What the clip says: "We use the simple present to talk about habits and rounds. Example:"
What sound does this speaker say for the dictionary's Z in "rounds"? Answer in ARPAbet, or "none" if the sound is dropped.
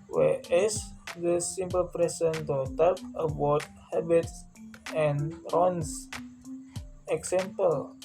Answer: S